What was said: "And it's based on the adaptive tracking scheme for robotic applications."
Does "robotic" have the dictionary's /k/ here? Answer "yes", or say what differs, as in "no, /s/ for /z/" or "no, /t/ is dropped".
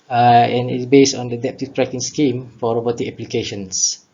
no, /k/ is dropped